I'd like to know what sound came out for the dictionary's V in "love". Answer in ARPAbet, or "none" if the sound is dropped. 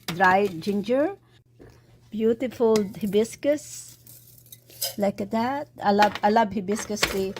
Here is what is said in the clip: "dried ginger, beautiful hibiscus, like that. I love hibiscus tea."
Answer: B